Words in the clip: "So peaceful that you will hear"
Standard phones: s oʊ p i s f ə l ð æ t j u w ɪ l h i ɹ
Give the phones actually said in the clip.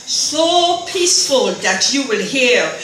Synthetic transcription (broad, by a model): s oʊ p i s f ə l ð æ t j u w ɪ l h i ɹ